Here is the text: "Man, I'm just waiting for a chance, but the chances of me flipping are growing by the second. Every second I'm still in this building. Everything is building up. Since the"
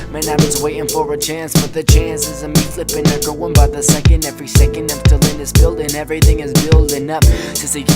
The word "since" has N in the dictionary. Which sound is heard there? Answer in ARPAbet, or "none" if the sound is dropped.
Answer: none